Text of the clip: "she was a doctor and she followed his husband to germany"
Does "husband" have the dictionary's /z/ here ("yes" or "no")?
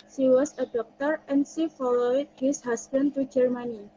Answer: no